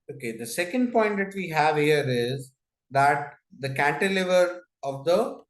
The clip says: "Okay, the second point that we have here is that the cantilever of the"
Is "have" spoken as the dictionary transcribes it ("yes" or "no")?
yes